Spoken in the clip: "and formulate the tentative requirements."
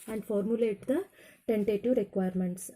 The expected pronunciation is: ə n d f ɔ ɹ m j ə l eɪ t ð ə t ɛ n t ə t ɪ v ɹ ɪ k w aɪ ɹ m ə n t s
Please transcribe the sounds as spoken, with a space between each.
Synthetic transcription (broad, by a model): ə n d f ɔ ɹ m j ə l eɪ t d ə t ɛ n t ə t ɪ v ɹ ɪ k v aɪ ɹ m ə n t s